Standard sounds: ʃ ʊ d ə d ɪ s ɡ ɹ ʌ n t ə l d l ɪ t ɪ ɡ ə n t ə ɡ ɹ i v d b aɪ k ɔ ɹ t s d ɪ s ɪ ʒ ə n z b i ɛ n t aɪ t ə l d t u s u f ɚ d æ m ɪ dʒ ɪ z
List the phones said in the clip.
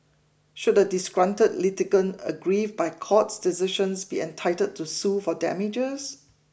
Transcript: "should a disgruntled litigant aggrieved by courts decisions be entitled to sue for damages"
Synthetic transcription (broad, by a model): ʃ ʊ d ə d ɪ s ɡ ɹ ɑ n t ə d l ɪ t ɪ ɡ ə n ə ɡ ɹ i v b aɪ k ɔ t s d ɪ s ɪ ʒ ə n s b i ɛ n t aɪ t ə d t u s u f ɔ d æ m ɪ dʒ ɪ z